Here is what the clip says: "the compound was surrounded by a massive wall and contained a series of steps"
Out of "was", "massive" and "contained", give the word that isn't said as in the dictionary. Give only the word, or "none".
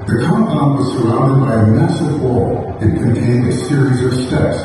none